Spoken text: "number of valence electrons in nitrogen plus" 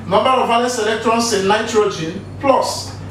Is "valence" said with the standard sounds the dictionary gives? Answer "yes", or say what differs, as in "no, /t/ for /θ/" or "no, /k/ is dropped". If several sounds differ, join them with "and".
no, /n/ is dropped